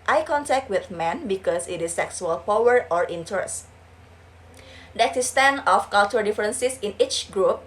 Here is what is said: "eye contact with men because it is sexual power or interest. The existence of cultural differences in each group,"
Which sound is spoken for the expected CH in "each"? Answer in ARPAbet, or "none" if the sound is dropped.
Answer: CH